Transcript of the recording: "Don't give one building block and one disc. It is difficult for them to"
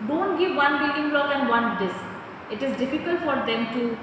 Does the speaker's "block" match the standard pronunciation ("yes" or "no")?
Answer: no